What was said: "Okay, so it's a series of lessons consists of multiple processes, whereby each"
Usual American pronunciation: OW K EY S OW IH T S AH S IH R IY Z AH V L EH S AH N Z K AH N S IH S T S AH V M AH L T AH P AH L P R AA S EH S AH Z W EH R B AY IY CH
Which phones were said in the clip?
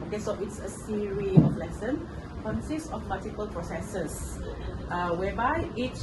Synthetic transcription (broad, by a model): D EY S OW IH T S AH S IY R IY AH F L EH S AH N K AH N S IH S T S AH F M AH L T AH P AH L P R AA S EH S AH S W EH B AY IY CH